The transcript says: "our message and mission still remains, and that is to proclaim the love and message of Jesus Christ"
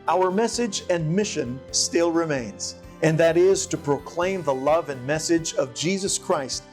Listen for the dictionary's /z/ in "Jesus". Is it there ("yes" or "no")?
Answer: yes